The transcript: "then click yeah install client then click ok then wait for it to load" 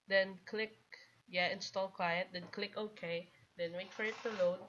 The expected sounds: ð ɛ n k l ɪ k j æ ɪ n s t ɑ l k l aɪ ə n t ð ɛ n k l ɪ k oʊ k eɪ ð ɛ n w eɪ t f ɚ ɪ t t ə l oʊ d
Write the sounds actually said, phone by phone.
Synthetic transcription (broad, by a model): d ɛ n k l ɪ k j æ ɪ n s t ɑ l k w aɪ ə t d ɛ n k l ɪ k oʊ k eɪ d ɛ n w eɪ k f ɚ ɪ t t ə l oʊ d